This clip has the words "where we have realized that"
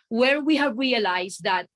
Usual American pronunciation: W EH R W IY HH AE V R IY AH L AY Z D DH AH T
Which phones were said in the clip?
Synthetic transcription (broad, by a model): W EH R W IY HH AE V R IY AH L AY S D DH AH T